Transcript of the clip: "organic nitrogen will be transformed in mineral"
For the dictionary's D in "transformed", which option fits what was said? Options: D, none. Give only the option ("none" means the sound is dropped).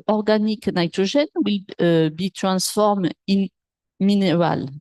none